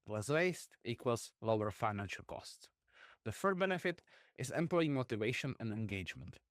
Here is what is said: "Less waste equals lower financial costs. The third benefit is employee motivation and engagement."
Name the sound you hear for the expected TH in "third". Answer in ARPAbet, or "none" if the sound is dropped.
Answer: F